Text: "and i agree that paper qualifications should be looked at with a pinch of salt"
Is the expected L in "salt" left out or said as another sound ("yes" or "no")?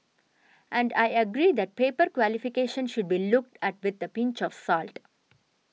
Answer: no